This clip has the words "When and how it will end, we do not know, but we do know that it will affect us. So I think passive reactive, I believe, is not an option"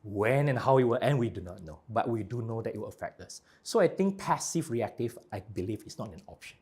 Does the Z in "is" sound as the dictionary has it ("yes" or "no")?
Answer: no